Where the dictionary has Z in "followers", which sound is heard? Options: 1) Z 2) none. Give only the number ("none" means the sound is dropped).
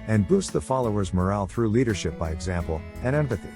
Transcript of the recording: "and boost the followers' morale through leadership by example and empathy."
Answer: 1